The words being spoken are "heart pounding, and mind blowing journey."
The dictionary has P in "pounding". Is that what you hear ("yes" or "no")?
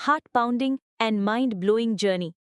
yes